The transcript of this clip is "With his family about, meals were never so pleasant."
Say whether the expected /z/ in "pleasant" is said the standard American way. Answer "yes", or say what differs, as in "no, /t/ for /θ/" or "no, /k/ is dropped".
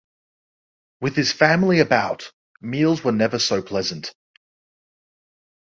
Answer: yes